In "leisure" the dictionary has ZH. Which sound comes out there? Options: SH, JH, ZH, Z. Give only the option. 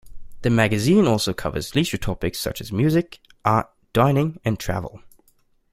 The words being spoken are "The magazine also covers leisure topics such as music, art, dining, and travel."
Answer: SH